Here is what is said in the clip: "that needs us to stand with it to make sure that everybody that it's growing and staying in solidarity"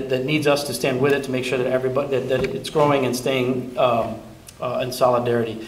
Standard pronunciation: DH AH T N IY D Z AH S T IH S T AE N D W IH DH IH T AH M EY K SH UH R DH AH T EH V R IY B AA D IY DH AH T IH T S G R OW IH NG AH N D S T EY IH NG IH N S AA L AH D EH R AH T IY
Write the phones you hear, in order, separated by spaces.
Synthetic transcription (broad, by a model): DH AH T N IY D Z AH S T IH S T AE N D W IH DH IH T AH M EY K SH UH R DH AH T EH V R IY B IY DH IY DH AH T IH T S G R OW IH NG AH N S T EY IH NG IH N S AA L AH D EH R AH T IY